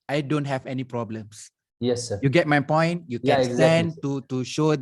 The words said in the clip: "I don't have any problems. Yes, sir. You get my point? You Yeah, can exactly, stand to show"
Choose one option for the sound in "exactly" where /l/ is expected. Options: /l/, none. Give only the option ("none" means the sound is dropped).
none